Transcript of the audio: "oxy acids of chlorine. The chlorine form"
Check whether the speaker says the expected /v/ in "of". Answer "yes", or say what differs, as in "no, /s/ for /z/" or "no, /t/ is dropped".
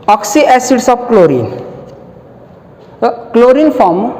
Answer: no, /b/ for /v/